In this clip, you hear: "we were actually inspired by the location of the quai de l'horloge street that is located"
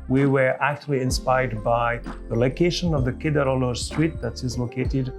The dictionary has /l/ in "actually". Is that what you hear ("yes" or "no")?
yes